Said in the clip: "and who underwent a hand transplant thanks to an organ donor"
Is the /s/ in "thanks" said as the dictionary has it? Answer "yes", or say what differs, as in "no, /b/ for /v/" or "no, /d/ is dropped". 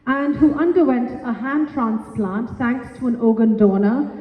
no, /s/ is dropped